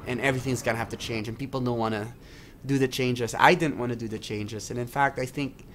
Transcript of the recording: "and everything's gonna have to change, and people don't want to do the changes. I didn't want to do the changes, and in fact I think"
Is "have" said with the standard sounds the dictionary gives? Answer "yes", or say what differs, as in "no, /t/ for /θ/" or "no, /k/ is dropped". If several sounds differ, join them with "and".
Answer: no, /f/ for /v/